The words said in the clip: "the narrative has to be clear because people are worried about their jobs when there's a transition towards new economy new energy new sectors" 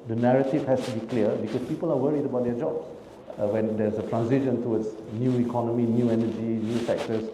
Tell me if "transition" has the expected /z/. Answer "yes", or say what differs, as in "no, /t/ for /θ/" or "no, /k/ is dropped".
no, /s/ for /z/